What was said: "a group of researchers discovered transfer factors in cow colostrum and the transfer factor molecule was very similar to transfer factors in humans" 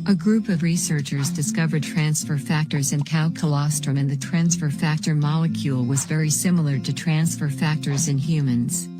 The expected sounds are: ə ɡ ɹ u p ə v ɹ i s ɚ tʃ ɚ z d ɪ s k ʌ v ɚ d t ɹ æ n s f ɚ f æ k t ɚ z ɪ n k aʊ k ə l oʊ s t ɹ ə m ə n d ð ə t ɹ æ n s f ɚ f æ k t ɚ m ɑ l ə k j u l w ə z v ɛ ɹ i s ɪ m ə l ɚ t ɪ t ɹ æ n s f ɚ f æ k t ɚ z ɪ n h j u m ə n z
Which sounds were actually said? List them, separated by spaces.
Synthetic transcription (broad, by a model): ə ɡ ɹ u p ə v ɹ i s ɚ tʃ ɚ z d ɪ s k ʌ v ɚ d t ɹ æ n s f ɚ f æ k t ɚ z ɪ n k aʊ k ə l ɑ s t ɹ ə m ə n ð ə t ɹ æ n s f ɚ f æ k t ɚ m ɑ l ə k j u l w ə z v ɛ ɹ i s ɪ m l ɚ t ɪ t ɹ æ n s f ɚ f æ k t ɚ z ɪ n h j u m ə n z